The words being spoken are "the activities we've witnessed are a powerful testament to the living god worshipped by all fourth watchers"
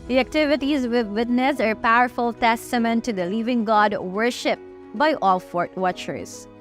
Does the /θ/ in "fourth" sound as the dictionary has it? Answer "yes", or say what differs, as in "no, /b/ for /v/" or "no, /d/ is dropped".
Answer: no, /t/ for /θ/